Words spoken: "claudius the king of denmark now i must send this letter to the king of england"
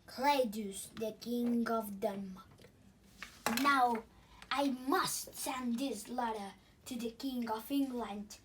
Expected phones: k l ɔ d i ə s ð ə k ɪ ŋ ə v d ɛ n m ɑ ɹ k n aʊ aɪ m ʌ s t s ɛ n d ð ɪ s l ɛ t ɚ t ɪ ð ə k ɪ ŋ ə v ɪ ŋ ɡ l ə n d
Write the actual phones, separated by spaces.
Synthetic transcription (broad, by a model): k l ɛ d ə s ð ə k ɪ ŋ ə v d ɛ m n aʊ aɪ m ʌ s t s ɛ n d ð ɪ s l ɛ t ɚ t ɪ ð ə k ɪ ŋ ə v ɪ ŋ ɡ l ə n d